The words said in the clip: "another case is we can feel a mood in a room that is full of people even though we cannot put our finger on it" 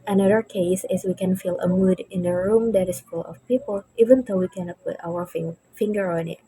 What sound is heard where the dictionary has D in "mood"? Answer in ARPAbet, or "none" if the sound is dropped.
D